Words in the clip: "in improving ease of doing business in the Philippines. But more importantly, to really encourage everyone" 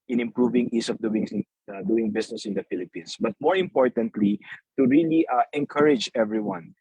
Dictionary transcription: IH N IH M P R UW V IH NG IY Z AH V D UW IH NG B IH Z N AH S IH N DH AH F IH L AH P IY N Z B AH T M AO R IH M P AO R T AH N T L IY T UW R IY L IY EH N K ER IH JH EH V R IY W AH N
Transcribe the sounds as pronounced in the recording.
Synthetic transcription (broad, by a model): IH N IH M P R UW V IH NG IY S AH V D UW IH NG B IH S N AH S IH N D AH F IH L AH P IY N S B AH T M AO R IH M P AO R T AH N T L IY T UW R IY L IY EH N K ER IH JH EH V R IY W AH N